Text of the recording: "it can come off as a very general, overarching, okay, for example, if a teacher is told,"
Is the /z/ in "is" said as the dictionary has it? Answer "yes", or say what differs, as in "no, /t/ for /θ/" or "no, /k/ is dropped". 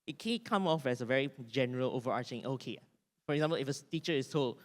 no, /s/ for /z/